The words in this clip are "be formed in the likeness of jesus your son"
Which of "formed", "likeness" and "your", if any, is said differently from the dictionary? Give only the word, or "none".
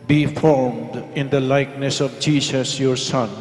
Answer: none